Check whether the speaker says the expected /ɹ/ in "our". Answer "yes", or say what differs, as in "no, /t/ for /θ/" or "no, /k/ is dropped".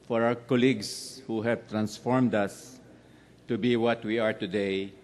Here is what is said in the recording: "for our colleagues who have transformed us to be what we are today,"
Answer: no, /w/ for /ɹ/